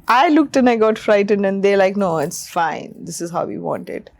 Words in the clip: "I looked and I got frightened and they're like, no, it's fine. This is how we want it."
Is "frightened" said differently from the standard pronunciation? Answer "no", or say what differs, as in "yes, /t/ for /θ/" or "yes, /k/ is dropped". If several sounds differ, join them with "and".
no